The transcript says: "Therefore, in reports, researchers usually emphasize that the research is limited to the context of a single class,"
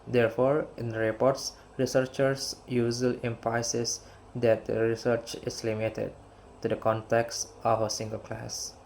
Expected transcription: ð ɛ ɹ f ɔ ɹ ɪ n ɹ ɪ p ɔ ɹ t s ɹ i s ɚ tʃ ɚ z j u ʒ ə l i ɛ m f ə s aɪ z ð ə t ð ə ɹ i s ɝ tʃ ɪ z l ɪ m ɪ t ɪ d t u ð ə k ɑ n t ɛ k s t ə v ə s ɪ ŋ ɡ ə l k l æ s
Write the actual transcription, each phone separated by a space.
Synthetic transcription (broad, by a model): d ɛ ɹ f ɔ ɹ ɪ n ɹ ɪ p ɔ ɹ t s ɹ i s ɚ tʃ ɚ s j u z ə l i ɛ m p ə s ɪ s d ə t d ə ɹ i s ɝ tʃ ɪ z l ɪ m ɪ t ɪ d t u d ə k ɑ n t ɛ k s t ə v ə s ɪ ŋ ɡ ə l k l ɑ s